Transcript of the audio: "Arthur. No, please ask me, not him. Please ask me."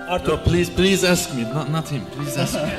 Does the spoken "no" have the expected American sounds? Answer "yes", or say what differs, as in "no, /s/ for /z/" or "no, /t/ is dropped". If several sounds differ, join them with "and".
no, /l/ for /n/